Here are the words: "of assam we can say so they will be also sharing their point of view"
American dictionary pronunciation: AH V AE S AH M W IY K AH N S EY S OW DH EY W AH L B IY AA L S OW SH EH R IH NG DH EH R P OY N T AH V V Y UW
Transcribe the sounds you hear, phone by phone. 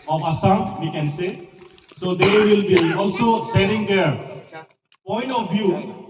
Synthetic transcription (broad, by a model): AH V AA S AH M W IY K AH N S EY S OW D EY W AH L B IY AA L S OW S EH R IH NG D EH R P OY N T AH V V Y UW